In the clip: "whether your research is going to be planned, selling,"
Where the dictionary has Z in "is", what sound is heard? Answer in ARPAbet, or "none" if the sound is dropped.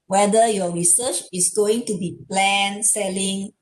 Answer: S